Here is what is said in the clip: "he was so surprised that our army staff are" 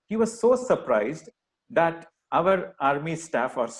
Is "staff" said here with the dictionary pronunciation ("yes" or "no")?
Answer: yes